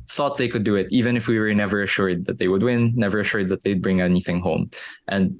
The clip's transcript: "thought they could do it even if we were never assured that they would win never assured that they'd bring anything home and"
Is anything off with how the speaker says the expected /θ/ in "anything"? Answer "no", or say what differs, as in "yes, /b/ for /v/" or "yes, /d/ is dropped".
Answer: no